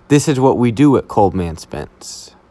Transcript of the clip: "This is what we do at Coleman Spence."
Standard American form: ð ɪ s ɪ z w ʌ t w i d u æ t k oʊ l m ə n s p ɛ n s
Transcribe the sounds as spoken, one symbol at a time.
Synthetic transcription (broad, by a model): ð ɪ s ɪ z w ʌ t w i d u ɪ t k oʊ l m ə n s p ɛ n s